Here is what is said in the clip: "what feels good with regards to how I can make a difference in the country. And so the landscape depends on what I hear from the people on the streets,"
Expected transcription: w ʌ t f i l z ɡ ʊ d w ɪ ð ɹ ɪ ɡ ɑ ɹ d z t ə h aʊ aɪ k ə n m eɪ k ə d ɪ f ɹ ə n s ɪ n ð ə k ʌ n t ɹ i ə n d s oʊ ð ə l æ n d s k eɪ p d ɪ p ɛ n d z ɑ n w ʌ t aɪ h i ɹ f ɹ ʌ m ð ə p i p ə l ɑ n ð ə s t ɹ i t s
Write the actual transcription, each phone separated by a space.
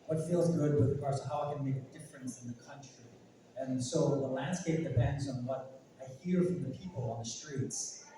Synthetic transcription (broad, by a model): w ʌ t f i l z ɡ ʊ d w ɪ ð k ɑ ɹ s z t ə h aʊ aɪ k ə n m eɪ k ə d ɪ f ɹ ə n s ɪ n ð ə k ʌ n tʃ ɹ i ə n s oʊ ð ə l æ n d s k eɪ p d ɪ p ɛ n d z n w ʌ t aɪ h i ɹ f ɹ ʌ m ð ə p i p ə l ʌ n ð ə s t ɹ i t s